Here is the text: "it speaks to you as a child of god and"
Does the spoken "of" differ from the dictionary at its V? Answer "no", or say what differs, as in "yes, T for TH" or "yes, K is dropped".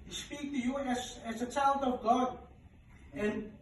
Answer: no